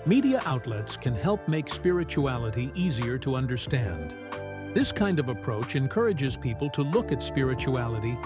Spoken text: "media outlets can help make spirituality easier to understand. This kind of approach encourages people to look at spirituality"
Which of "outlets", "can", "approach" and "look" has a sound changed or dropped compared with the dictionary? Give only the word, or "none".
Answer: none